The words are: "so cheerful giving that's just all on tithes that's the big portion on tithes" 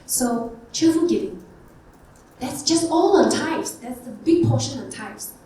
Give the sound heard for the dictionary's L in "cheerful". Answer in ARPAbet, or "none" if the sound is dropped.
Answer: N